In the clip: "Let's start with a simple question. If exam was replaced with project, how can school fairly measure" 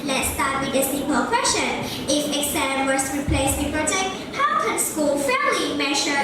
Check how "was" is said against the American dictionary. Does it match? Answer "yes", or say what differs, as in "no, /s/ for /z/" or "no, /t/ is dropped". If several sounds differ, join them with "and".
no, /s/ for /z/